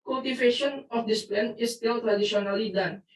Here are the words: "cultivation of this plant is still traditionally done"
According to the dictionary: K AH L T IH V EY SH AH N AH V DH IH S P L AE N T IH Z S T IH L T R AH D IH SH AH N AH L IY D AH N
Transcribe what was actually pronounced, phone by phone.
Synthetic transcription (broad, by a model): K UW L T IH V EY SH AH N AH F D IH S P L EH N IH S T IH L T R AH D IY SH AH N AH L IY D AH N